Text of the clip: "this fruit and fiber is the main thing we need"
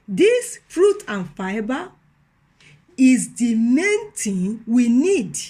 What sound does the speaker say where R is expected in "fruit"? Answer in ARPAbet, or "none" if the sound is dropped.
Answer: R